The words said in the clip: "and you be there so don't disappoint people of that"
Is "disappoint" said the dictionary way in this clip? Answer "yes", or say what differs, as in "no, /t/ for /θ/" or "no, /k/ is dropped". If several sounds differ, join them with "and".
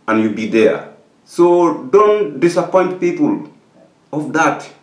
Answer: yes